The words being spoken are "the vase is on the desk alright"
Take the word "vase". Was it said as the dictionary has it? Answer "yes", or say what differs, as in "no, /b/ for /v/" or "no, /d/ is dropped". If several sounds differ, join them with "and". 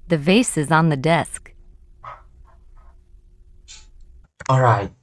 yes